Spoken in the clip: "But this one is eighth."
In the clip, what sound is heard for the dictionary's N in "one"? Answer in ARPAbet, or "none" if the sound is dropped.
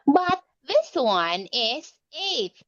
N